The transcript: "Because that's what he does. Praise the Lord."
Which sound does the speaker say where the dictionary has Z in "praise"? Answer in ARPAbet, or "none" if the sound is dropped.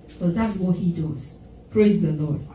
Z